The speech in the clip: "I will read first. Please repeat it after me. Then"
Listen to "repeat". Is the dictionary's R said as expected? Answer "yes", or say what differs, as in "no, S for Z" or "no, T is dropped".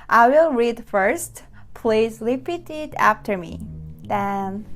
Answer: no, L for R